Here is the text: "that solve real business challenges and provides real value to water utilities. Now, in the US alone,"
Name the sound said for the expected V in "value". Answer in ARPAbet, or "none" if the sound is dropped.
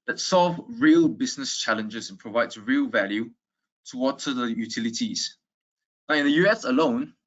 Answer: V